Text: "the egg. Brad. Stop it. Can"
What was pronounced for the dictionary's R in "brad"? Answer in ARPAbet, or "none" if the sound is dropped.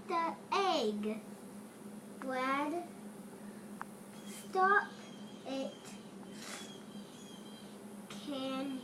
none